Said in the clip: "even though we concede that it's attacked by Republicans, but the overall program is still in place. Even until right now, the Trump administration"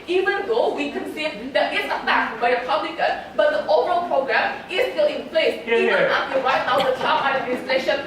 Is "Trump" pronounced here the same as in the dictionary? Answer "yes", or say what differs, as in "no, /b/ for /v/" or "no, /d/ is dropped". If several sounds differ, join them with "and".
no, /ɹ/ is dropped